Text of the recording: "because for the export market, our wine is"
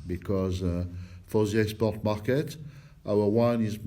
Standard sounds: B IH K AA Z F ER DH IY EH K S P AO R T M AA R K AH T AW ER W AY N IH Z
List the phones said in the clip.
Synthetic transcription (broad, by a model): B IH K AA Z F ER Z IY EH S P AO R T M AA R K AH T AW ER W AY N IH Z